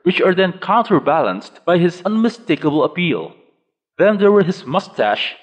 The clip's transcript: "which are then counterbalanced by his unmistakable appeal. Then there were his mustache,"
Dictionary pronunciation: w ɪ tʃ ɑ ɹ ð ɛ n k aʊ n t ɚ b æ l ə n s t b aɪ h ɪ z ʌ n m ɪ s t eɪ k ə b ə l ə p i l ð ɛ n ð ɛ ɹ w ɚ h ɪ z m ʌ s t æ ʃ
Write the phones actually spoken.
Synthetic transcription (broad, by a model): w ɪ tʃ ɑ ɹ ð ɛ n k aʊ n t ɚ b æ l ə n s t b aɪ h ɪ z ʌ n m ɪ s t eɪ k ə b ə l ə p i l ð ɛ n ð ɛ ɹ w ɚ h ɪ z m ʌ s t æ ʃ